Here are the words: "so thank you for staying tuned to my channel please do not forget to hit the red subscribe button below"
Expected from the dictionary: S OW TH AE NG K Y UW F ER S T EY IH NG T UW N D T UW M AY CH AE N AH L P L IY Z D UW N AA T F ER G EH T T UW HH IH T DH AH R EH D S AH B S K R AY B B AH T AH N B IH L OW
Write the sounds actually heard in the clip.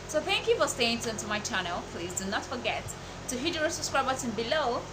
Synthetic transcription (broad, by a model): S OW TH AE NG K Y UW F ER S T EY IH NG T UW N T UW M AY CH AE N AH L P L IY Z D UW N AA T F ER G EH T T UW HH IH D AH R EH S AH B S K R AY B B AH S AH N B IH L OW